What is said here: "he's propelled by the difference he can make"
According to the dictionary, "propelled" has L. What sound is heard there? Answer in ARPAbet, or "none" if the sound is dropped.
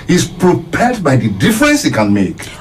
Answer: none